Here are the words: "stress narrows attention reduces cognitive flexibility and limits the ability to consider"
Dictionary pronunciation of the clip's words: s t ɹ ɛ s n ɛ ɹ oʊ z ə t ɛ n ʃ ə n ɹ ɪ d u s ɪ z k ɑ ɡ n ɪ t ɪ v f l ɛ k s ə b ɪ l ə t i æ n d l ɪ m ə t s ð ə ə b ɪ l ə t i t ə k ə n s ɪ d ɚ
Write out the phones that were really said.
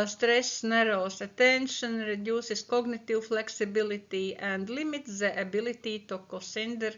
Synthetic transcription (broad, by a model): s t ɹ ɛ s n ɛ ɹ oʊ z ə t ɛ n ʃ ə n ɹ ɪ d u s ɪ s k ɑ ɡ n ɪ t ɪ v f l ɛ k s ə b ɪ l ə t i æ n d l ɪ m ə t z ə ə b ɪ l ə t i t ə k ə s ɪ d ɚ